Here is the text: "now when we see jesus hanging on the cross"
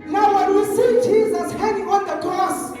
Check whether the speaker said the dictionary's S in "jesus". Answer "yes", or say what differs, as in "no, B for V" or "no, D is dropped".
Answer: yes